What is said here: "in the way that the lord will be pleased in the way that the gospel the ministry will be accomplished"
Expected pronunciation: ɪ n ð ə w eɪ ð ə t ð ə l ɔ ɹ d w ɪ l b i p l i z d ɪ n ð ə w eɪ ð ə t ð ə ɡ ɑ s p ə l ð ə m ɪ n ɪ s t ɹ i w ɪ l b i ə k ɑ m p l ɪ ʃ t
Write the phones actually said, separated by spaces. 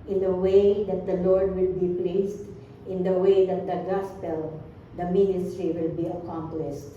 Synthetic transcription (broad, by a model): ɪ n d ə w eɪ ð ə t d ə l ɔ ɹ d w ɪ l b i p l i s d ɪ n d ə w eɪ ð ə t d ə ɡ ɑ s p ə l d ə m ɪ n ɪ s t ɹ i w ɪ l b i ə k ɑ m p l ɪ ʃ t